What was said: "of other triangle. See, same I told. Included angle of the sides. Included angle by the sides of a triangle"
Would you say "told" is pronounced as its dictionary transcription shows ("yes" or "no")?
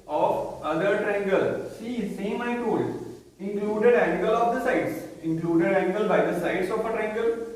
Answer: no